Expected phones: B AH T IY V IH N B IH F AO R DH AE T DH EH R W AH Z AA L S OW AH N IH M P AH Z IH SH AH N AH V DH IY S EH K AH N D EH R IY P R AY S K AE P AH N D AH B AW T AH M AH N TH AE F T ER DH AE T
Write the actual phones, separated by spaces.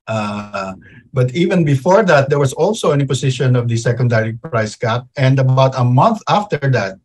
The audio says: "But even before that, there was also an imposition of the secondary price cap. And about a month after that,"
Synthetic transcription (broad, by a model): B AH T IY V IH N B IH F AO R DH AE T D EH R W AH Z AA L S OW AH N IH P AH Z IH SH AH N AH V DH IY S EH K AH N D EH R IY P R AY S K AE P AH N D AH B AW T AH M AH N TH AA F T ER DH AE T